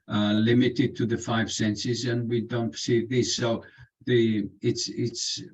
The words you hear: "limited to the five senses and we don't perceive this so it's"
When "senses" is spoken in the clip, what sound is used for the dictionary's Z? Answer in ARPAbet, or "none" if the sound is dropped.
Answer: Z